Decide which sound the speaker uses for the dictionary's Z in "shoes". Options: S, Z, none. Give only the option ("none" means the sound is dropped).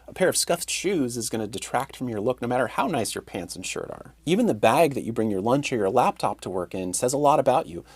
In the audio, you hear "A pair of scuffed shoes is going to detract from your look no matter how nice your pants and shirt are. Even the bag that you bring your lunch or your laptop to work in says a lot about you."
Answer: Z